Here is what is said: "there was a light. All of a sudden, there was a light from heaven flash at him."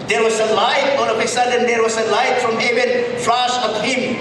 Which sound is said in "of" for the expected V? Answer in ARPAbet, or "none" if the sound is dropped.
P